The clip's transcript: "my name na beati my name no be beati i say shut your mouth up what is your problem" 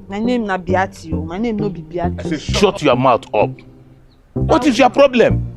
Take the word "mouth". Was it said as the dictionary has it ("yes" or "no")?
no